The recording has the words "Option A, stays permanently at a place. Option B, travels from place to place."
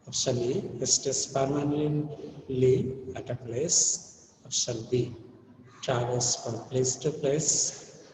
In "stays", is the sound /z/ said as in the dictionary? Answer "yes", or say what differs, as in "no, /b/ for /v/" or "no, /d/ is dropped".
no, /s/ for /z/